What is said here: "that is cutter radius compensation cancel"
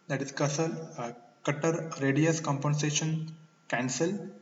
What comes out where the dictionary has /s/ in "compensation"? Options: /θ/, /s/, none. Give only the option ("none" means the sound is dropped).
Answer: /s/